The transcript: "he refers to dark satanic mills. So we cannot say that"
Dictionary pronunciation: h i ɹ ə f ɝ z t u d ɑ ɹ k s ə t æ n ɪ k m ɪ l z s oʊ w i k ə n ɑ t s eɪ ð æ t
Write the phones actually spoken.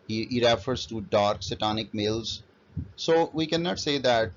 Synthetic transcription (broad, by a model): h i ɹ ə f ɝ z t u d ɑ ɹ k s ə t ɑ n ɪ k m ɪ l z s oʊ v i k ə n ɑ t s eɪ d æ t